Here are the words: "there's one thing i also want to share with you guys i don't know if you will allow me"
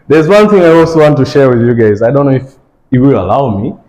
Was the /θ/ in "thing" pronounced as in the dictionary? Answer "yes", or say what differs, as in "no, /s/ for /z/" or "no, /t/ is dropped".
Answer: yes